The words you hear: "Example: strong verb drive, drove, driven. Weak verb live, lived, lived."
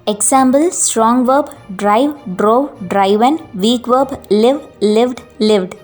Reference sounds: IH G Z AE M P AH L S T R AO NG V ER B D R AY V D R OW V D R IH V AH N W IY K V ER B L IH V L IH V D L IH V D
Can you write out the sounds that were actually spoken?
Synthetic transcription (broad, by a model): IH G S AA M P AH L S T R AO NG V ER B D R AY V D R OW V D R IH V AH N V IY K V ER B L IH V L IH V D L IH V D